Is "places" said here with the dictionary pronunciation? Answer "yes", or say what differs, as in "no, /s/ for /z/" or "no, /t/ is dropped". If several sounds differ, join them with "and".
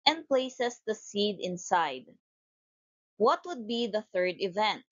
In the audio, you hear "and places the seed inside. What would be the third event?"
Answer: no, /s/ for /z/